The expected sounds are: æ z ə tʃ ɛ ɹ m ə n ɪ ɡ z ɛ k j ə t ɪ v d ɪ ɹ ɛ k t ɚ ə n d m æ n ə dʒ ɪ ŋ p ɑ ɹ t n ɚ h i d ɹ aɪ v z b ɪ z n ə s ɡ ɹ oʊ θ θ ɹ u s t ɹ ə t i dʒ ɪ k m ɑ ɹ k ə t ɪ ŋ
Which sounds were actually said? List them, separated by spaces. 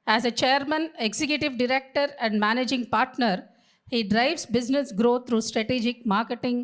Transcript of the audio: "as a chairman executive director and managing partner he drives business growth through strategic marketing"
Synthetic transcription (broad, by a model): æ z ə tʃ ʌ ɹ m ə n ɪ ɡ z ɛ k j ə t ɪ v d ɪ ɹ ɛ k t ɚ ə n d m æ n ə dʒ ɪ ŋ p ɑ ɹ t n ɚ h i d ɹ aɪ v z b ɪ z n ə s ɡ ɹ oʊ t ɹ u s t ɹ ə t i dʒ ɪ k m ɑ ɹ k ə t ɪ ŋ